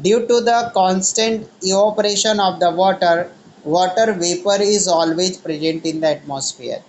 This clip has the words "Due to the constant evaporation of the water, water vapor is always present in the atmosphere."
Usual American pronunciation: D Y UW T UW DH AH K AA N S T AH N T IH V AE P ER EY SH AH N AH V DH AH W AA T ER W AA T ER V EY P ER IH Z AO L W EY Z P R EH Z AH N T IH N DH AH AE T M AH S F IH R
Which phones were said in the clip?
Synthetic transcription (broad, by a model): D Y UW T UW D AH K AA N S T AH N T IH AO P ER EY SH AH N AH V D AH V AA T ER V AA T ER V EY P ER IH Z AO L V EY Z P R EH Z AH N T IH N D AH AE T M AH S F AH R